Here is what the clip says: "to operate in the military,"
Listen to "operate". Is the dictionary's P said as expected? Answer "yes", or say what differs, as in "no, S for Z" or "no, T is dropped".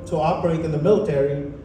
no, B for P